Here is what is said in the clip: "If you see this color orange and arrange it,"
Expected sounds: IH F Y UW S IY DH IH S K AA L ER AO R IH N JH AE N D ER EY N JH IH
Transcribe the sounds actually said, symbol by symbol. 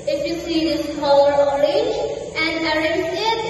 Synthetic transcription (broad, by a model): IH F Y UW S IY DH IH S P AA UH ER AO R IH JH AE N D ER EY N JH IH